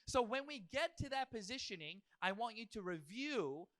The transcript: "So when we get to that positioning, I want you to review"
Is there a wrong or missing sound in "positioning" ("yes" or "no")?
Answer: no